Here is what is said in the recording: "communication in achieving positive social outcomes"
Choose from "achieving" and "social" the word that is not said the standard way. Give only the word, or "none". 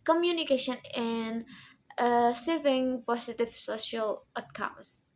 achieving